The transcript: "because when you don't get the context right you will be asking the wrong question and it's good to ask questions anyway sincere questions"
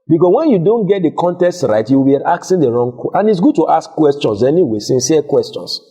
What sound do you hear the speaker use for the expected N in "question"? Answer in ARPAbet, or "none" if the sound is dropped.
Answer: none